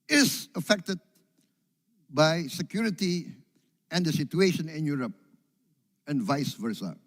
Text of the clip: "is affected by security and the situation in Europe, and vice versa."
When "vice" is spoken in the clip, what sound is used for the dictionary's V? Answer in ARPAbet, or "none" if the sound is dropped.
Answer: V